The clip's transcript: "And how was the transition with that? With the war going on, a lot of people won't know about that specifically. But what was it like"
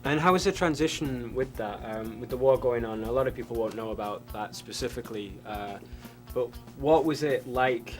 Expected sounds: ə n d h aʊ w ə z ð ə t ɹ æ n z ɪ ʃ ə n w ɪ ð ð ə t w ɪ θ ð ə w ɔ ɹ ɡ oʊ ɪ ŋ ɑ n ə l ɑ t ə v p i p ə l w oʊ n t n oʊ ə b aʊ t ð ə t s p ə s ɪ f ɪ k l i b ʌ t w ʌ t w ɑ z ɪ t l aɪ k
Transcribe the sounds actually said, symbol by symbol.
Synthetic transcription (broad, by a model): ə n h aʊ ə z ð ə t ɹ æ n z ɪ ʃ ə n w ɪ ð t ə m w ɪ ð ə w ɔ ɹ ɡ oʊ ɪ ŋ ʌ n ə l ɑ t ə v p i p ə l w oʊ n n oʊ ə b aʊ t ð ə t s p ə s ɪ f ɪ k l i b ʌ t w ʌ t w ɑ z ɪ t l aɪ k